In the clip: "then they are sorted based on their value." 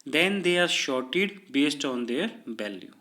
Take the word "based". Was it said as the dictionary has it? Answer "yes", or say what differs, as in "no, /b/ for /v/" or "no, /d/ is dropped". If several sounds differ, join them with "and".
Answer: yes